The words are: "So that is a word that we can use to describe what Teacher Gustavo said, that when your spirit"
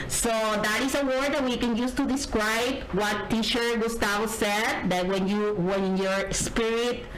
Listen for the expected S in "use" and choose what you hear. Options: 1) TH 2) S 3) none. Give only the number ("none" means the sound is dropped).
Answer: 2